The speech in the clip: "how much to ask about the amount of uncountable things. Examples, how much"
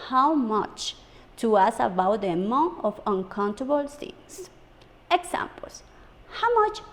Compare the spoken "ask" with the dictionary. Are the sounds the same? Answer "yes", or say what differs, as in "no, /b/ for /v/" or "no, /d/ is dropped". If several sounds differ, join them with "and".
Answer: no, /k/ is dropped